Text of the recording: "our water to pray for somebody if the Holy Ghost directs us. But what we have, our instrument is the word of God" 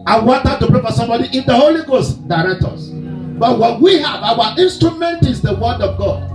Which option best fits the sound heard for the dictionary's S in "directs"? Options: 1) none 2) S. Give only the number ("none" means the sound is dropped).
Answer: 1